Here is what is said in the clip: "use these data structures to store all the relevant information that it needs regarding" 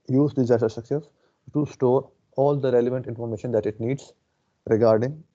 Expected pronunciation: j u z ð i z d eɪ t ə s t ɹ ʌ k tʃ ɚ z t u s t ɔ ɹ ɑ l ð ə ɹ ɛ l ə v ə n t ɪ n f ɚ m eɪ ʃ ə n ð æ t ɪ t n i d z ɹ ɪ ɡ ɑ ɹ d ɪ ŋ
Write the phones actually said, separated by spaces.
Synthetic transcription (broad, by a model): j u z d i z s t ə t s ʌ k s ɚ s t u s t ɔ ɹ ɑ l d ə ɹ ɛ l ə v ə n t ɪ n f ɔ m eɪ ʃ ə n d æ t ɪ t n i d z ɹ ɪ ɡ ɑ ɹ d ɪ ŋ